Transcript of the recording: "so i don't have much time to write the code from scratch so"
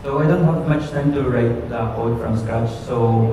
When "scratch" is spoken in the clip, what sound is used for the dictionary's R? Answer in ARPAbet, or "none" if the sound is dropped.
none